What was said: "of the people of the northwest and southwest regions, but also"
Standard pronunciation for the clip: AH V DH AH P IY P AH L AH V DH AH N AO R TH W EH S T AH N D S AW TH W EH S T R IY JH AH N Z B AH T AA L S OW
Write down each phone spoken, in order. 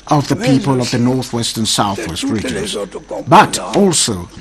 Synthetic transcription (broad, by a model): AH V DH AH P IY P AH L AH V DH AH N AO R TH W EH S T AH N S AW TH W EH S T R IY JH AH N Z B AH T AA L S OW